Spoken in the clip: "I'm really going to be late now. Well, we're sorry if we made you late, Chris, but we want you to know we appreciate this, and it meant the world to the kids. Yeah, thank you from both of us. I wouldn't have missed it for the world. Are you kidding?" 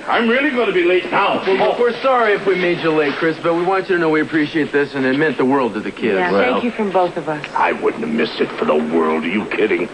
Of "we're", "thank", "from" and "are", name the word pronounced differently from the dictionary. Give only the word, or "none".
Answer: thank